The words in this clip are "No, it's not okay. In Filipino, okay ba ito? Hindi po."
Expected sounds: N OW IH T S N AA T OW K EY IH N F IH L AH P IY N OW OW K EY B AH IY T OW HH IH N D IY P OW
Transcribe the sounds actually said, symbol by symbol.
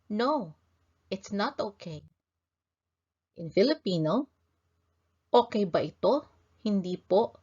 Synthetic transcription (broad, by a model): N OW IH T S N AA T OW K EY IH N F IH L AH P IY N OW OW K EY B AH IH T OW HH IH N D IY P OW